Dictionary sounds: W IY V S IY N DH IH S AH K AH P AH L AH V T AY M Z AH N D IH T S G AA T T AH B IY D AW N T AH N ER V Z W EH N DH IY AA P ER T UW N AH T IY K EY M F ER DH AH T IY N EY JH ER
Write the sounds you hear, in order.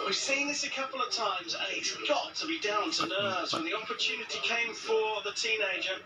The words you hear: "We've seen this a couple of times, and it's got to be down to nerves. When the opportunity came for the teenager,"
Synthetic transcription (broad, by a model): W IY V S IY N DH IH S AH K AH P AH L AH V T AY M Z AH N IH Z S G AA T T AH B IY D AW N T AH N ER Z W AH N DH IY AA P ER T UW N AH T IY K EY M F ER DH AH T IY N EY JH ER